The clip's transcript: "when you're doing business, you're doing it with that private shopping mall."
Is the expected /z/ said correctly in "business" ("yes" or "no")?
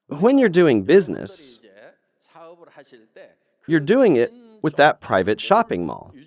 yes